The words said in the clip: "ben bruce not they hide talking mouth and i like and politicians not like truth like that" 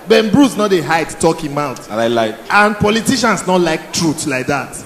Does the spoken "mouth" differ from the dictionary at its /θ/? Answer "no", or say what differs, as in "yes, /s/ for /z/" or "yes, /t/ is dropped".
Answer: yes, /t/ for /θ/